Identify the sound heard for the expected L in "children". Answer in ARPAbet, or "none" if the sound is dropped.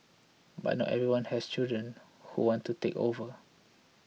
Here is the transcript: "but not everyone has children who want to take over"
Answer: none